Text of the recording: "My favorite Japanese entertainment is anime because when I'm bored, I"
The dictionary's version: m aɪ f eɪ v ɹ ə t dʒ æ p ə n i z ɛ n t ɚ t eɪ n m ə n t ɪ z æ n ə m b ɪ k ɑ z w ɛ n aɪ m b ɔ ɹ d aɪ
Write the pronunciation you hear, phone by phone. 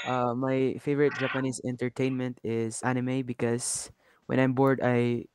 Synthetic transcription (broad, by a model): m aɪ f eɪ v ɹ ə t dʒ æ p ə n i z ɛ n t ɚ t eɪ n m ə n t ɪ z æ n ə m b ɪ k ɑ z w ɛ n aɪ m b ɔ ɹ d aɪ